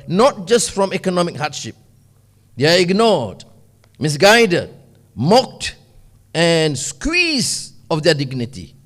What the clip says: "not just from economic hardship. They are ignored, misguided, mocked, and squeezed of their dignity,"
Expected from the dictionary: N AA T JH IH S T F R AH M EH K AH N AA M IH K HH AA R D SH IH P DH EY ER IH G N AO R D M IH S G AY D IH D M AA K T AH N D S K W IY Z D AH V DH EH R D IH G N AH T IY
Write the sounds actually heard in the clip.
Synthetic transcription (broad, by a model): N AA T JH IH S T F R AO M EH K AH N AA M IH K HH AA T SH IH P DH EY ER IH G N AO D M IH S G AY D IH D M AA K T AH N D S K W IY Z AH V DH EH D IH G N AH T IY